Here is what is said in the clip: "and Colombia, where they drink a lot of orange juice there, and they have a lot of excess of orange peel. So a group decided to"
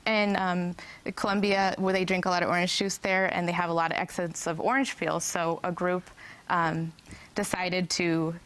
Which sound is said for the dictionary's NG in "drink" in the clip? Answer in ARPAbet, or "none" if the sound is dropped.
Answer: NG